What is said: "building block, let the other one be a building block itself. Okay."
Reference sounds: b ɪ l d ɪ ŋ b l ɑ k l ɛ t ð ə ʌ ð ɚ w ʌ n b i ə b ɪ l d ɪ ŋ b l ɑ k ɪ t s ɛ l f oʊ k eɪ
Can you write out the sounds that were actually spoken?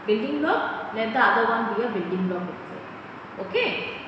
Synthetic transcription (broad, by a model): b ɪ l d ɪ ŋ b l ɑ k n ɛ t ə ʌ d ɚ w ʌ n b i ə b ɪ l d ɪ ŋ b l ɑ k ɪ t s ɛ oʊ k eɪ